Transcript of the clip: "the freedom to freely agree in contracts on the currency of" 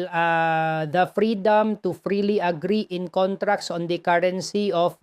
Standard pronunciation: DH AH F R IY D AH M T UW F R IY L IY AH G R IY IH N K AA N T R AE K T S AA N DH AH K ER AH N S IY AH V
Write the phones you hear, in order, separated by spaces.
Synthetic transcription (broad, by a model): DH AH F R IY D AH M T UW F R IY L IY AH G R IY IH N K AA N T R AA K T S AA N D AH K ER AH N S IY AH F